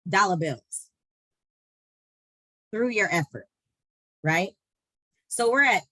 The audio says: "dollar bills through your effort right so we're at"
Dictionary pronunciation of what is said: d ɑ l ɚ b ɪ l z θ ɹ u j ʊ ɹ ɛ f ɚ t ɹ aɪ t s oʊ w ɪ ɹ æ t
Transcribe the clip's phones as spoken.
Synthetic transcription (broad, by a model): d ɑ l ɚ b ɪ l z θ ɹ u j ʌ ɹ ɛ f ɚ t ɹ aɪ t s oʊ w ɪ ɹ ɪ t